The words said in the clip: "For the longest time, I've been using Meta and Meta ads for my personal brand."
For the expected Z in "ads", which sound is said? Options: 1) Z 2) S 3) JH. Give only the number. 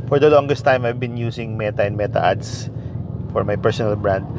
2